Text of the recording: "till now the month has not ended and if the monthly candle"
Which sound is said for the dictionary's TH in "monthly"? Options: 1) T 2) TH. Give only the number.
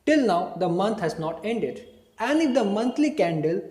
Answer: 1